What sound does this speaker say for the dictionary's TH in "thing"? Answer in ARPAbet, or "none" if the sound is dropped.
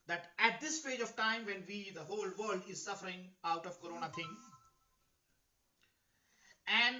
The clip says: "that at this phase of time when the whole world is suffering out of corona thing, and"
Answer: T